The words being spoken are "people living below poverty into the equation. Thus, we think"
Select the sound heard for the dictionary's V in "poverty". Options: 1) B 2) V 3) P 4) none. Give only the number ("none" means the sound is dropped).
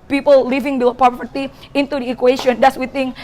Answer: 3